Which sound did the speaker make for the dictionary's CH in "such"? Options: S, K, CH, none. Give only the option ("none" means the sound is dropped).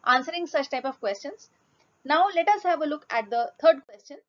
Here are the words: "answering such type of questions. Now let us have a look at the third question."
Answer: CH